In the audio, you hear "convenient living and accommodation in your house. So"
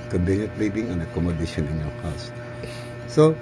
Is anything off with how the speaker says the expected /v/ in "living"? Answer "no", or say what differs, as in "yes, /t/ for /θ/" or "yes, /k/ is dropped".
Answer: yes, /b/ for /v/